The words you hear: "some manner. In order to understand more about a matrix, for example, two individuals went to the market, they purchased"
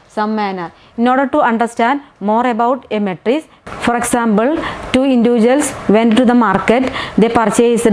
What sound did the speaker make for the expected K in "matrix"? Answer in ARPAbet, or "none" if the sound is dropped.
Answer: none